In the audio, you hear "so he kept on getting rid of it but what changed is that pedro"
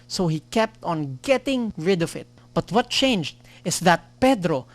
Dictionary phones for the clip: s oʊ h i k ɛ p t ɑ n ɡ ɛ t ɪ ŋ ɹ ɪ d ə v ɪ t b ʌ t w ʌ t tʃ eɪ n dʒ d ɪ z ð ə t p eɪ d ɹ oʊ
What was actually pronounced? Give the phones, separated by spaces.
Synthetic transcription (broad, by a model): s oʊ h i k ɛ p t ɑ n ɡ ɛ t ɪ ŋ ɹ ɪ d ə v ɪ t b ʌ t w ʌ t tʃ eɪ n dʒ d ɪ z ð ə t p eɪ d ɹ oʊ